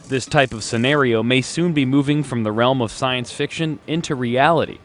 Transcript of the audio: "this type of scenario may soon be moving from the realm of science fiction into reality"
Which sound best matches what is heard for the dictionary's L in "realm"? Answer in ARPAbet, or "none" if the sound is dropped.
L